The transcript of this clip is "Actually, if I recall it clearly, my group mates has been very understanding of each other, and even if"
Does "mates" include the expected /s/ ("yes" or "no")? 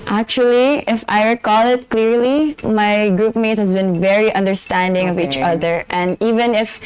no